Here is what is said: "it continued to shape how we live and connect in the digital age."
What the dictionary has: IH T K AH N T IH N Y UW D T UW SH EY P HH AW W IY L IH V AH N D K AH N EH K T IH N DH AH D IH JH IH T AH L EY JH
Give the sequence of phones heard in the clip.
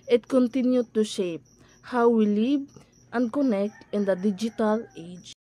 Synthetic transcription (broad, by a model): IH T K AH N T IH N Y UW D T UW SH EY P HH AW W IY L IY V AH N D K AH N EH K T IH N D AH D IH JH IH T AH L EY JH